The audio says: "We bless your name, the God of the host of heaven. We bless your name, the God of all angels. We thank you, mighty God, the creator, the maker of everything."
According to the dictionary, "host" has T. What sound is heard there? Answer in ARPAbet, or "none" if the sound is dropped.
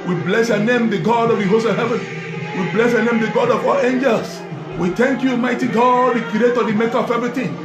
none